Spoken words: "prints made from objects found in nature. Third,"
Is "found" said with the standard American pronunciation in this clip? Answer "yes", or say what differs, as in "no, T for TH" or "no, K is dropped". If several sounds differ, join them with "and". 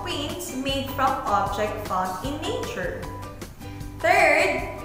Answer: no, D is dropped